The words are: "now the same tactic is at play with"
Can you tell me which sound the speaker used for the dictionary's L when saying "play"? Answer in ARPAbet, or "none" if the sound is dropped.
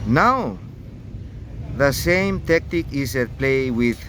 L